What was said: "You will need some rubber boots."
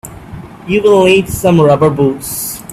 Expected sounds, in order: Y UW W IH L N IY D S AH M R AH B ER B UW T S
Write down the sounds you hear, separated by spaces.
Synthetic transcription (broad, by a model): Y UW W IH L L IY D S AH M R AH B ER B UW T S